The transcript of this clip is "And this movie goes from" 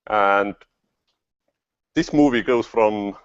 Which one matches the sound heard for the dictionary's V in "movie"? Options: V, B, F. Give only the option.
V